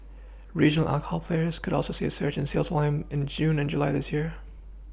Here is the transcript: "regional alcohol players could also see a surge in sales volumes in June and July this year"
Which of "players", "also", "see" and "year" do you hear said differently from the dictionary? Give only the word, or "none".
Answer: none